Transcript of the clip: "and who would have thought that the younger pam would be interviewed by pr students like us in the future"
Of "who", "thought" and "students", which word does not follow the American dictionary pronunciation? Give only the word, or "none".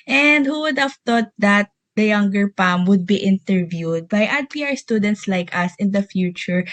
thought